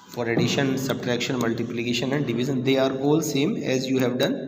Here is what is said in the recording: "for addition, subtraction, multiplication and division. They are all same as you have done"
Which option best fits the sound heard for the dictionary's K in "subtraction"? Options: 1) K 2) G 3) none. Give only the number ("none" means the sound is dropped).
1